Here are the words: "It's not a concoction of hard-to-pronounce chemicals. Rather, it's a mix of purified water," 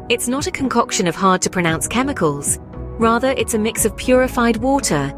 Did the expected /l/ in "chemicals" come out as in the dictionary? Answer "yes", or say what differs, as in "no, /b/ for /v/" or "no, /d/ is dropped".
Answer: yes